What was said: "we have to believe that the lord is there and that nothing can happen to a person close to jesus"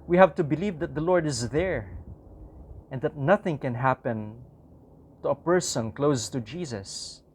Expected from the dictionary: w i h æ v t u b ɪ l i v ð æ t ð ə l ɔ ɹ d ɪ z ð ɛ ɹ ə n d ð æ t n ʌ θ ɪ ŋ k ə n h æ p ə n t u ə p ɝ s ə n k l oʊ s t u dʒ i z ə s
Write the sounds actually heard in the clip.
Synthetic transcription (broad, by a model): w i h æ v t u b ɪ l i v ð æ t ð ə l ɔ ɹ d ɪ z ð ɛ ɹ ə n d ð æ t n ʌ θ ɪ ŋ k ə n h æ p ə n t u ə p ɝ s ə n k l oʊ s t u dʒ i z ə s